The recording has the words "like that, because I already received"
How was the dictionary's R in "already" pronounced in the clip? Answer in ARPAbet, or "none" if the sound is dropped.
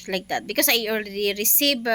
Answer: L